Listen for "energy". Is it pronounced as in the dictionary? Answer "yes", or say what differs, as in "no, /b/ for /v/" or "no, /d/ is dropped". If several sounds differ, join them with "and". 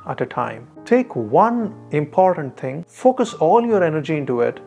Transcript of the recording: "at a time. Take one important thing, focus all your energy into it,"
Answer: yes